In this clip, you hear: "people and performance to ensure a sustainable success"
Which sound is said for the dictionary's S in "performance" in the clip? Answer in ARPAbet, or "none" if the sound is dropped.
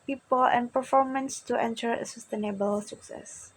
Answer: S